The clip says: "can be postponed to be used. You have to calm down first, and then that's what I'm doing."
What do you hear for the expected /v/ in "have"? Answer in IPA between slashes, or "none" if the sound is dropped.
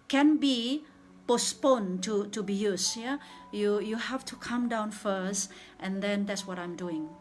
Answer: /f/